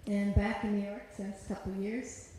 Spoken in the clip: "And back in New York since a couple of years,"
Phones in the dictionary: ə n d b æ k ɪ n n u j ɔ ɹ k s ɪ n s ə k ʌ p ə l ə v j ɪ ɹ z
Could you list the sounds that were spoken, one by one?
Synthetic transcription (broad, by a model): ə n b æ k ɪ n n u j ɔ ɹ k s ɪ s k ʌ p l j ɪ ɹ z